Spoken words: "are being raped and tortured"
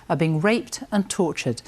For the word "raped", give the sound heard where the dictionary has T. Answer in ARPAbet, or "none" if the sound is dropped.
T